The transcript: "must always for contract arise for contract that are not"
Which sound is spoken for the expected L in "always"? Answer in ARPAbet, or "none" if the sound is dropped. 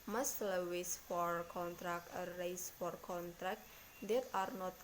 none